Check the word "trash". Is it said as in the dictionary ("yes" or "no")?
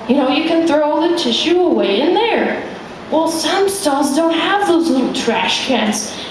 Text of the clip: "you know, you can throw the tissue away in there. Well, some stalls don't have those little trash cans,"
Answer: yes